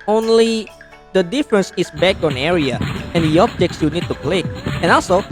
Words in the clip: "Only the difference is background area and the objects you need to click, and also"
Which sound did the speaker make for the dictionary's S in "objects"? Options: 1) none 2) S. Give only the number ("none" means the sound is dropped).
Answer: 2